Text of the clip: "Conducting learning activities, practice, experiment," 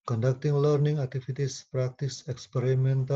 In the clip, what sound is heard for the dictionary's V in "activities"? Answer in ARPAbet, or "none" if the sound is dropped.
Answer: F